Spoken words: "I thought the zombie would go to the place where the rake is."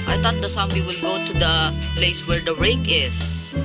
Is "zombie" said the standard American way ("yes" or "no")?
no